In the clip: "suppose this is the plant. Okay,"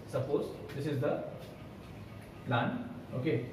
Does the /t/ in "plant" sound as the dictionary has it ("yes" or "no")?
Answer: no